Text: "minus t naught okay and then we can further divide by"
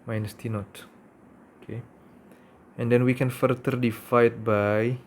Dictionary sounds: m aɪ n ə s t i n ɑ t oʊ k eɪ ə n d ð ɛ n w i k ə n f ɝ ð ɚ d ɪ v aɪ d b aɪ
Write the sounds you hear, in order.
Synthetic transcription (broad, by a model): m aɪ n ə s t i n ɑ t oʊ k eɪ ə n d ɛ n w i k ə n f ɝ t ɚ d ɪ f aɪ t b aɪ